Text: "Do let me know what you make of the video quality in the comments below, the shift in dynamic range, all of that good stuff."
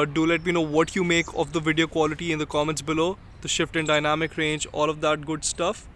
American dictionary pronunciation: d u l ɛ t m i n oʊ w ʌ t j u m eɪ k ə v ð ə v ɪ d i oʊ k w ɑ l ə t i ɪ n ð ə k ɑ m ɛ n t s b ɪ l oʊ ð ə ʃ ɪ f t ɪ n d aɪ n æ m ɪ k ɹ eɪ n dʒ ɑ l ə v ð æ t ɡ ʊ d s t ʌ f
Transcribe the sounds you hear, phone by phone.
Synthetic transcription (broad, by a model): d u l ɛ t m i n oʊ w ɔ t j u m eɪ k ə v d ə v ɪ d i oʊ k w ɑ l ə t i ɪ n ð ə k ɑ m ɛ n t s b ɪ l oʊ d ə ʃ ɪ f t ɪ n d aɪ n æ m ɪ k ɹ eɪ n dʒ ɑ l ə v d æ t ɡ ʊ d s t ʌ f